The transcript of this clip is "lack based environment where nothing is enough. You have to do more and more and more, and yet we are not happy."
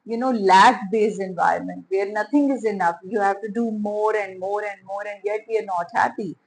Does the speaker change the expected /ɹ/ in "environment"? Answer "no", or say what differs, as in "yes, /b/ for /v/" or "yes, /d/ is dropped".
no